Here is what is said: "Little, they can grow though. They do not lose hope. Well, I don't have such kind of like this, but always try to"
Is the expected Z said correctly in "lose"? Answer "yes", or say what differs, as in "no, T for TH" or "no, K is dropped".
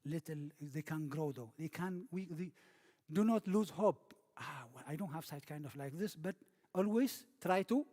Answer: yes